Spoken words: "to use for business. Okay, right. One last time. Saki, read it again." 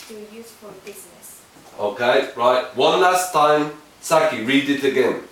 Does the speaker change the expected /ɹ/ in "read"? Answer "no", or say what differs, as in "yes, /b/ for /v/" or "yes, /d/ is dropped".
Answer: no